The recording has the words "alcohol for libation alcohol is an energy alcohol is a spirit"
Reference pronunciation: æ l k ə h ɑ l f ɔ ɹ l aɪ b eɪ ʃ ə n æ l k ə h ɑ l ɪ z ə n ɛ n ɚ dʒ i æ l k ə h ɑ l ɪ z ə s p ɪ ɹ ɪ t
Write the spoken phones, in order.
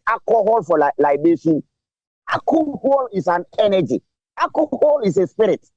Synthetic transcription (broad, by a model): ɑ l k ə h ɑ l f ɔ l l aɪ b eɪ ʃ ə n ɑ k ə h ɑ l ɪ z ə n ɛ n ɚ dʒ i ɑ k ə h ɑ l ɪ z ə s p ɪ ɹ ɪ t